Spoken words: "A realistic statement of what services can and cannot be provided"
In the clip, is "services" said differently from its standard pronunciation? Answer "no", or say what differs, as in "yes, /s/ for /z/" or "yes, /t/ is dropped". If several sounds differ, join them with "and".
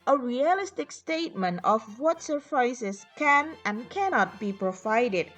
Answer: yes, /f/ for /v/